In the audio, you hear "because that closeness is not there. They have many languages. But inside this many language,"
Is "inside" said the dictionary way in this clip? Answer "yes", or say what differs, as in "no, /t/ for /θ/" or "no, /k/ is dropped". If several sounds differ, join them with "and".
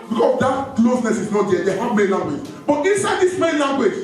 yes